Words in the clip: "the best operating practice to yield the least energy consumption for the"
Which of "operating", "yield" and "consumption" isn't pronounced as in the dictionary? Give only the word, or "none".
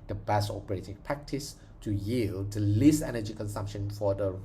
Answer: none